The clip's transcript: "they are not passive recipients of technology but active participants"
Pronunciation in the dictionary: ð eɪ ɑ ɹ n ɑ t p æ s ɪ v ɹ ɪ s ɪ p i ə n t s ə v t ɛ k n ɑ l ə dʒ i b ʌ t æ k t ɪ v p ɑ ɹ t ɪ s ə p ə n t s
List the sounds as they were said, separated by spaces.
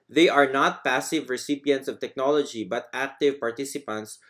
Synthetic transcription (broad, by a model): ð eɪ ɑ ɹ n ɑ t p æ s ɪ v ɹ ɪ s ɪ p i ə n t s ə v t ɛ k n ɑ l ə dʒ i b ʌ t æ k t ɪ v p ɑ ɹ t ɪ s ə p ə n t s